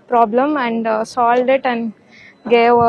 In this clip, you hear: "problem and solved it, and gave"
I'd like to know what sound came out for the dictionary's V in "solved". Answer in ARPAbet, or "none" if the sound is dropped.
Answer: none